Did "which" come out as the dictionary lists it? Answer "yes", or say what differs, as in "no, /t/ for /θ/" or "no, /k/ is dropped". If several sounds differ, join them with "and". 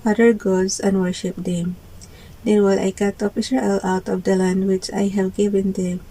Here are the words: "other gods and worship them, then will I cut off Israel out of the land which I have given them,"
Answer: yes